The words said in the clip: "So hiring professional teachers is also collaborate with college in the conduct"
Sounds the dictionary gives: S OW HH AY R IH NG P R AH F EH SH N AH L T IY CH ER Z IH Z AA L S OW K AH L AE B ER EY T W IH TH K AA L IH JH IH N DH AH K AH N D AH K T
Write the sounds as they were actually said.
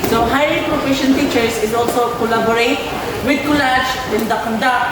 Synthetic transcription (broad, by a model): S OW HH AY L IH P R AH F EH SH AH N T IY CH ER S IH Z AA L S OW K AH L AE B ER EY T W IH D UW L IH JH IH N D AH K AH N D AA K